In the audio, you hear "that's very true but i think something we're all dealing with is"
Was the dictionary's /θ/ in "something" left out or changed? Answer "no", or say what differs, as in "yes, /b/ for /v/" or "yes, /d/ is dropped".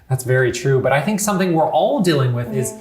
no